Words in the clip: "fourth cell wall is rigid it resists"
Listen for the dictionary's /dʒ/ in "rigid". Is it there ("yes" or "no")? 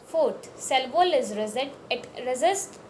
no